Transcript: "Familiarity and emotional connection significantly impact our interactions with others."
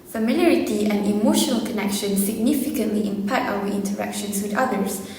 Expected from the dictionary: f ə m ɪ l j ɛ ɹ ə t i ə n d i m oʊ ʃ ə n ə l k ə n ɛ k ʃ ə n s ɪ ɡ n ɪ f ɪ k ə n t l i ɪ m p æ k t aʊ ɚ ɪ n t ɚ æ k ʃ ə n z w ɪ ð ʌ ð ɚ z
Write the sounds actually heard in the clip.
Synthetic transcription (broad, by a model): f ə m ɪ l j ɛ ɹ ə t i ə n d i m oʊ ʃ ə n ə l k ə n ɛ k ʃ ə n s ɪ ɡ n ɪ f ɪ k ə n t l i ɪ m p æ t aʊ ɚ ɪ n t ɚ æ k ʃ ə n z w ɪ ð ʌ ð ɚ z